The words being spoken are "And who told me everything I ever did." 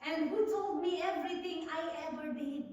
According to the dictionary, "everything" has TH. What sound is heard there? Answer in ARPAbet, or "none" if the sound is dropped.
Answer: T